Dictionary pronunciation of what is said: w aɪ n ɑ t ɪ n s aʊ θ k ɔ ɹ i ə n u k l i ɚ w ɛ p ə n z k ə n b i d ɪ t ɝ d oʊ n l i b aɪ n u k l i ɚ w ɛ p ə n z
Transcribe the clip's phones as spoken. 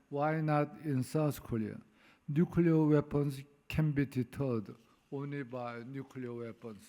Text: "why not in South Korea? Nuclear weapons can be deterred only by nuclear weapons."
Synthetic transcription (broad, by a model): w aɪ n ɑ t ɪ n s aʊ s k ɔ l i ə n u k l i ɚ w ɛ p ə n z k ə n b i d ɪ t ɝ d oʊ n l i b aɪ n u k l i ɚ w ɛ p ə n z